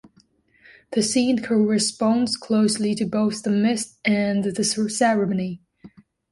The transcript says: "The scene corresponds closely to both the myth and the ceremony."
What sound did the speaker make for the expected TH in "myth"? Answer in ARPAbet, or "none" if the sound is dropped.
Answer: T